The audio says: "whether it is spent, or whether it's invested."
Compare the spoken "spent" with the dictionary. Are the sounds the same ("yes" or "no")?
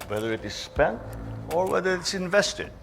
yes